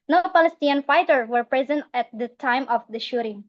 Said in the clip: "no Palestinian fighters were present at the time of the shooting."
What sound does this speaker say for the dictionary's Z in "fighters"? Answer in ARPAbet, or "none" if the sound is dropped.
none